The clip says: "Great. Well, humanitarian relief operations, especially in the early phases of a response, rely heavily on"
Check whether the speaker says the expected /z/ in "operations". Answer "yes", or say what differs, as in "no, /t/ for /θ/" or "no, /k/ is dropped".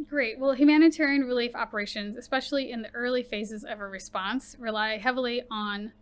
yes